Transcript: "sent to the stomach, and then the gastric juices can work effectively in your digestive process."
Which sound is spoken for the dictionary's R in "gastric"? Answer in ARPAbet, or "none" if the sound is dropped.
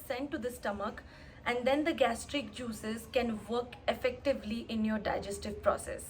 R